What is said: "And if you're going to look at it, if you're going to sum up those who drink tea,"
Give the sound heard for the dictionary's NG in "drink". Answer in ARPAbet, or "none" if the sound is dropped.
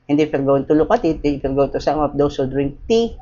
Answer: NG